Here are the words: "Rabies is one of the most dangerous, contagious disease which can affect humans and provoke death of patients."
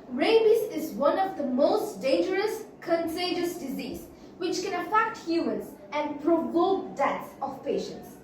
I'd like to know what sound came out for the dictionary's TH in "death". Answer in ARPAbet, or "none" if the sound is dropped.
S